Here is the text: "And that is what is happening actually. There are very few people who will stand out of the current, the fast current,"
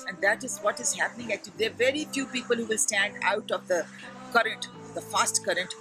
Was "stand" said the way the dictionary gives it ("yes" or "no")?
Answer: yes